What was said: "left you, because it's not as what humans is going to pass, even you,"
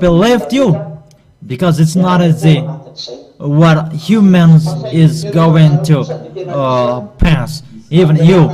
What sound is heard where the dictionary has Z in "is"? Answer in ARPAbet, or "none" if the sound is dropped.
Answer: Z